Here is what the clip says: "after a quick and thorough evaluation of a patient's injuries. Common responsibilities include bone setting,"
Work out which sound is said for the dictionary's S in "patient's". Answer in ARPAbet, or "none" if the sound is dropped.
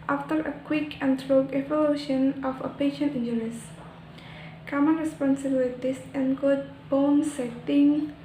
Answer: none